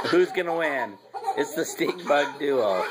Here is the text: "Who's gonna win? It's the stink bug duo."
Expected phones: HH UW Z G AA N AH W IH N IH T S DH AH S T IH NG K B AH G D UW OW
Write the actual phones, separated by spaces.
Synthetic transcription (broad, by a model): HH UW Z G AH N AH W IH N IH T S DH AH S T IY K B AH G D UW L